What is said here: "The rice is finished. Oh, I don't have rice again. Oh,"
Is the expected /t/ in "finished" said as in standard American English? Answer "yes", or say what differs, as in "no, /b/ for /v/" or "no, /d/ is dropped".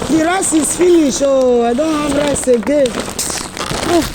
no, /t/ is dropped